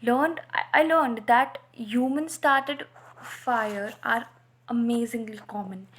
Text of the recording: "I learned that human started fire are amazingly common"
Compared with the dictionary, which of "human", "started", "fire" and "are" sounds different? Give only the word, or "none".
none